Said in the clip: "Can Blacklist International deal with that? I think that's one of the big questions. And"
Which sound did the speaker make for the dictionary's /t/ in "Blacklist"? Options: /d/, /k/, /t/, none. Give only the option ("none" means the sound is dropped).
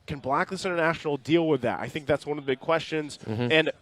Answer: none